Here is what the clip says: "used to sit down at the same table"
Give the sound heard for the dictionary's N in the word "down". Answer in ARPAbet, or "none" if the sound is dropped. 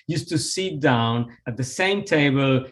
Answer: N